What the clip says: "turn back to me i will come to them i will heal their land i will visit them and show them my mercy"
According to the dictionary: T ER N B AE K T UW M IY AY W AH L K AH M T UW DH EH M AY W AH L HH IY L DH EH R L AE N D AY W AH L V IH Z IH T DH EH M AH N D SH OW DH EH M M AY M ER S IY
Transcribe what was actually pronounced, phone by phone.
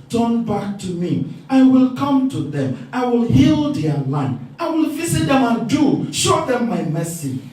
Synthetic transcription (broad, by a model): T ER N B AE K T UW M IY AY W AH L K AH M T UW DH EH M AY W AH L HH IY L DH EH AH L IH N AY W AH L V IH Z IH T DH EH M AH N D SH OW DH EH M M AY M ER S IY